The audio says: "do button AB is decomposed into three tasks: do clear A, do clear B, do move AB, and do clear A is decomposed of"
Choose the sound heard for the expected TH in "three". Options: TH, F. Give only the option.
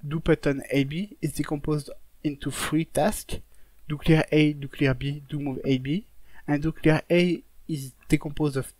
F